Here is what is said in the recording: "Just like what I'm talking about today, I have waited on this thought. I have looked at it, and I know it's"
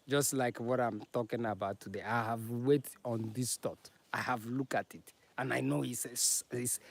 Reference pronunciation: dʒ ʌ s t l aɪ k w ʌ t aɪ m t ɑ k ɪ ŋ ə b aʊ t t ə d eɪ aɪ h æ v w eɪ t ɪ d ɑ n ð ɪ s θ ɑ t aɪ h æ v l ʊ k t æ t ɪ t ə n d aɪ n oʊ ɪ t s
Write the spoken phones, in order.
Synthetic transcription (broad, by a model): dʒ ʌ s t l aɪ k w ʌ t aɪ m t ɑ k ɪ ŋ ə b aʊ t t ə d eɪ aɪ h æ v w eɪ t ɑ n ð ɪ s t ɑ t aɪ h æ v l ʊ k t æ t ɪ t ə n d aɪ n oʊ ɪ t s